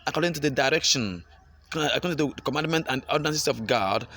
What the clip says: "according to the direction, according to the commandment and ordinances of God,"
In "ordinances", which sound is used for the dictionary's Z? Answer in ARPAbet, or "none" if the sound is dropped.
S